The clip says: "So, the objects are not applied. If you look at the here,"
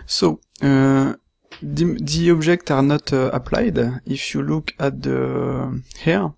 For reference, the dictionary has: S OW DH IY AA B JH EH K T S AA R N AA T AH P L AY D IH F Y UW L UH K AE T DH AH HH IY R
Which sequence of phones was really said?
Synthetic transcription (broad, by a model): S OW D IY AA B ZH EH K T AA R N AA T AH P L AY D IH F Y UW L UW K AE T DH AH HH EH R